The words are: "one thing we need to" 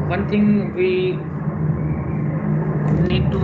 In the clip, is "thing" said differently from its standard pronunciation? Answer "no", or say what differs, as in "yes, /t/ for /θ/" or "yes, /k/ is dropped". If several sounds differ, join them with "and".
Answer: yes, /t/ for /θ/